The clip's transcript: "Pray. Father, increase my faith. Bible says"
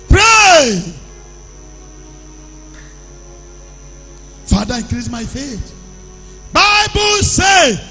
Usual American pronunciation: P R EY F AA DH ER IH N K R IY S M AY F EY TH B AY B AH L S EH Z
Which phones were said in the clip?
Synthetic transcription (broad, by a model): P R EY F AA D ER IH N K R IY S M AY F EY T B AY B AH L S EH